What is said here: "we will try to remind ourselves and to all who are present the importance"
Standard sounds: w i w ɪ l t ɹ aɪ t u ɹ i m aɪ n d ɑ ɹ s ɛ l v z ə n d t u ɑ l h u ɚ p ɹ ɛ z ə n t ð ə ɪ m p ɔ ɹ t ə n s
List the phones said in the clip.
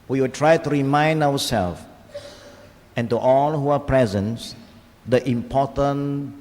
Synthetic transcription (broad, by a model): w i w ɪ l t ɹ aɪ t u ɹ i m aɪ n d ɑ w s ɛ l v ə n t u ɑ l h u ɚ p ɹ ɛ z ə n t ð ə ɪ m p ɔ t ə n